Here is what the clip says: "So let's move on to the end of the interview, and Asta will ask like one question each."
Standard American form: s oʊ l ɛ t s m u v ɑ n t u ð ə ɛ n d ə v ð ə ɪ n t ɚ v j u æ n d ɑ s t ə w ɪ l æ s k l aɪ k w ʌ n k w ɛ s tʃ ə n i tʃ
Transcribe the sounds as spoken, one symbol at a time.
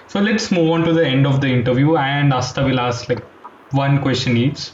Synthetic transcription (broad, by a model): s oʊ l ɛ t s m u v ɑ n t u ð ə ɛ n d ə v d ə ɪ n t ɚ v j u æ n d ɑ s t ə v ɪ l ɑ s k l aɪ k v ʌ n k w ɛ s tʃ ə n i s